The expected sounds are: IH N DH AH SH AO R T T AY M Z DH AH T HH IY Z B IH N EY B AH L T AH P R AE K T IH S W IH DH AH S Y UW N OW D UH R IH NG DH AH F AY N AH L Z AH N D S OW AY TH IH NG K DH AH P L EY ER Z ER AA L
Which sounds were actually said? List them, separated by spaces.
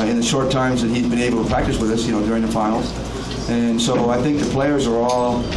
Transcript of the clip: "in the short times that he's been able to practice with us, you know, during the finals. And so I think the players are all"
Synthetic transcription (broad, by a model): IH N DH AH SH AO R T T AY M Z DH AH T HH IY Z B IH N EY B L T AH P R AE K T IH S W IH DH AH S Y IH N OW D UH R IH NG DH AH F AY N L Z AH N S OW AY TH IH NG K DH AH P L EY ER Z ER AA L